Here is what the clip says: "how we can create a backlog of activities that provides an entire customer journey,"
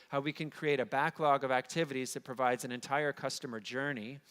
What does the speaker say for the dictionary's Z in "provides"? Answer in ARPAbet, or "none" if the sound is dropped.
Z